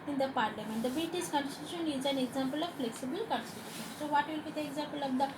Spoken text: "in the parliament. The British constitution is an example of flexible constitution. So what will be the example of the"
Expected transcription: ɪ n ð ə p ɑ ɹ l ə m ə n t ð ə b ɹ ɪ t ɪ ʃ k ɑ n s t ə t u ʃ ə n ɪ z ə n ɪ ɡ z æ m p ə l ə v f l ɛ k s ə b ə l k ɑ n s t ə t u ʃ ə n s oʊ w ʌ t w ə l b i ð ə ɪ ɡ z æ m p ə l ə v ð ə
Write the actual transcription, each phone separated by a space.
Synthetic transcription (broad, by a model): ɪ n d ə p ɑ ɹ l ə m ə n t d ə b ɪ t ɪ s k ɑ n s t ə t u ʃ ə n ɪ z ə n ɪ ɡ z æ m p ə l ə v f l ɛ k s ə b ə l k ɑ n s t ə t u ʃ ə n s oʊ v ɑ t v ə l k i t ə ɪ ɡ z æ m p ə l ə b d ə